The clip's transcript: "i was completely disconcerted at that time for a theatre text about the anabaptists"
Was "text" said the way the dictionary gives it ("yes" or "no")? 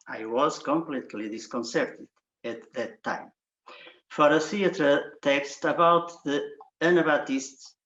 yes